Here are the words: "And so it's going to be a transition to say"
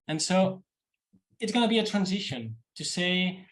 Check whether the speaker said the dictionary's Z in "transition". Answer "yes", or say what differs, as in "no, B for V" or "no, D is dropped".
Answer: yes